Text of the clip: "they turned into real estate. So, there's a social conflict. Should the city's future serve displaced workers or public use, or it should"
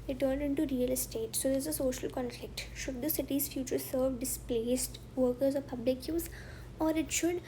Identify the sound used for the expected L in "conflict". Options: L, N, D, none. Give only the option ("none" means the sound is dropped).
L